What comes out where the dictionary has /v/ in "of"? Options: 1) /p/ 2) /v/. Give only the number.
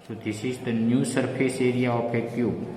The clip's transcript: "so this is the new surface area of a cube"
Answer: 1